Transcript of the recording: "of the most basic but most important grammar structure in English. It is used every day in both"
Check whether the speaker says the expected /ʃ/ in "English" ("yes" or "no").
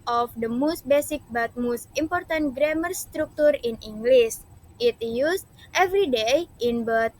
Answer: no